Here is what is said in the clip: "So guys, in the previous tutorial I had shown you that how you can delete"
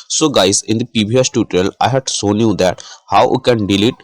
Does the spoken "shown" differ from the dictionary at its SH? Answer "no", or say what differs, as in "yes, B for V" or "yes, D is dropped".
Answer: yes, S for SH